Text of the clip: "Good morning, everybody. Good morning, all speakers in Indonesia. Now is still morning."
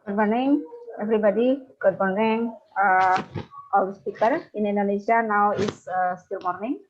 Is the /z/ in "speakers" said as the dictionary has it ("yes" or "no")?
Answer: no